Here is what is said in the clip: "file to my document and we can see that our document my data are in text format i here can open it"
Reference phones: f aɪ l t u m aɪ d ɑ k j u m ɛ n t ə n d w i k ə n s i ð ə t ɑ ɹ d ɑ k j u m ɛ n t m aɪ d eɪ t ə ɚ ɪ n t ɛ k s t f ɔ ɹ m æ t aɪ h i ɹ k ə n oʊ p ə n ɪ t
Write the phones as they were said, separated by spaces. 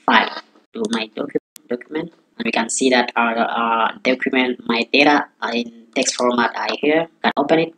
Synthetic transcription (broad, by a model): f aɪ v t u m aɪ d ɑ k j u m ɛ n t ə n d w i k ə n s i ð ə t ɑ d ɑ k j u m ɛ n t m aɪ d eɪ t ə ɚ ɪ n t ɛ k s t f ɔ ɹ m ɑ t aɪ h i ɹ k ə n oʊ p ə n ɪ t